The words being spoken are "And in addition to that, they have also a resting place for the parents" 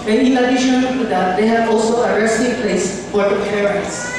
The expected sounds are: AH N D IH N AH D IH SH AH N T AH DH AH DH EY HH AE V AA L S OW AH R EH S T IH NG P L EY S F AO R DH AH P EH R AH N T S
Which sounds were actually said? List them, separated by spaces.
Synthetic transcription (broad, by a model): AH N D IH L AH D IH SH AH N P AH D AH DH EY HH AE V AA L S OW AH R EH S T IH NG P L EY S F AO R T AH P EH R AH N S